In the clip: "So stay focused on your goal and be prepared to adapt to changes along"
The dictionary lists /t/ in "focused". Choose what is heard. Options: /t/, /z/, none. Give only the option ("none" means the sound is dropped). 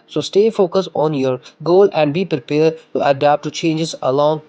none